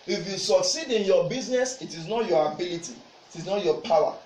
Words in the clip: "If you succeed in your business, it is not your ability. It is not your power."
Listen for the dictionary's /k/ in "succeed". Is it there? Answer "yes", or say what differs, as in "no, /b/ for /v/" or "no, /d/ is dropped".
yes